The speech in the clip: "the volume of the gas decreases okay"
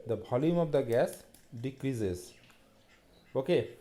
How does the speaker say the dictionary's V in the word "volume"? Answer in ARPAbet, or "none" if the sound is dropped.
B